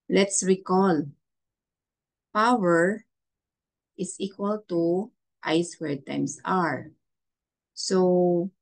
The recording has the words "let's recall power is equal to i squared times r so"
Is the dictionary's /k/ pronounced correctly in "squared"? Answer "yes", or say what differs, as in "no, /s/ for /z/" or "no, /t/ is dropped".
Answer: no, /k/ is dropped